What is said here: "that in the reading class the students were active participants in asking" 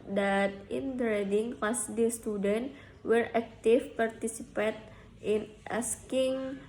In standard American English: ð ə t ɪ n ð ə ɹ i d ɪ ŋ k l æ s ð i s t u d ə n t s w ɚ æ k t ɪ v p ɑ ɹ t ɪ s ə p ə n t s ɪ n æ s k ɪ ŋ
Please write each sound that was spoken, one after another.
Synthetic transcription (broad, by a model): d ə t ɪ n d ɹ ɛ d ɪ ŋ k ɑ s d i s t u d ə n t w ɚ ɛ k t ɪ f p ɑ ɹ t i s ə p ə t ɪ n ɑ s k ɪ ŋ